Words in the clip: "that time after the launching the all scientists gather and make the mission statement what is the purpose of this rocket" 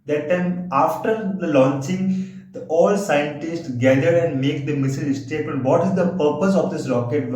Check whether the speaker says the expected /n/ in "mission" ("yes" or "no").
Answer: no